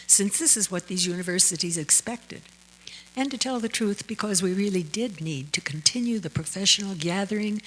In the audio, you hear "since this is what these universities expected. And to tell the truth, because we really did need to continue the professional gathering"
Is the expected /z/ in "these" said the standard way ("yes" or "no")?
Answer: yes